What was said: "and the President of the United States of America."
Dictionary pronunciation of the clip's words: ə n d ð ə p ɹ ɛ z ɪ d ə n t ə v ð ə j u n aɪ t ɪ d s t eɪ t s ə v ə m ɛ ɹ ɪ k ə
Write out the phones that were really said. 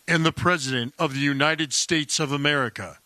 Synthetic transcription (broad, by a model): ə n ð ə p ɹ ɛ z ɪ d ə n t ə v ð ə j u n aɪ t ɪ d s t eɪ t s ə v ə m ɛ ɹ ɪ k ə